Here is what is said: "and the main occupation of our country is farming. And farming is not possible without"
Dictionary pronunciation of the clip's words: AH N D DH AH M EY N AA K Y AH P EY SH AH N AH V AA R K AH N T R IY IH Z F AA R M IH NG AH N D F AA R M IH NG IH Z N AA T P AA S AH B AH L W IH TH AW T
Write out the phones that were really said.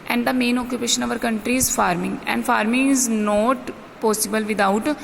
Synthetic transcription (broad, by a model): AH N D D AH M EY N AA K Y AH P EY SH AH N AH V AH R K AH N T R IY IH Z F AA R M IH NG AH N D F AA R M IH NG IH Z N AA T P AA S AH B AH L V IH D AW T